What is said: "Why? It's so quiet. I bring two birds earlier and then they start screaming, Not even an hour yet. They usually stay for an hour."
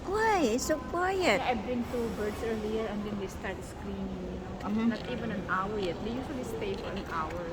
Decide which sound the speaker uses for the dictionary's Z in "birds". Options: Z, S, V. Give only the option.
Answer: S